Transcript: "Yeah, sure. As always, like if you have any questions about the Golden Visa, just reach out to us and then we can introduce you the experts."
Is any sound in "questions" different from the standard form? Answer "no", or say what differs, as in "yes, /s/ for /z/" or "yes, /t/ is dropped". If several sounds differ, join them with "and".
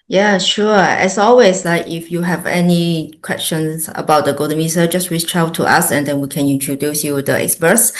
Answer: yes, /s/ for /z/